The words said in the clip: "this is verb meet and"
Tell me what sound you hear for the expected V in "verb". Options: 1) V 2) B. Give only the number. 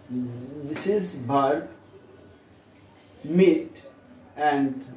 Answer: 2